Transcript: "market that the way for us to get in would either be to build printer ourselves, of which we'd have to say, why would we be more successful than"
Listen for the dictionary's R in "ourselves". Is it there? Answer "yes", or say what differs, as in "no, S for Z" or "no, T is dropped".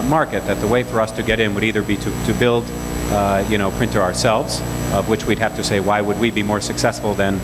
yes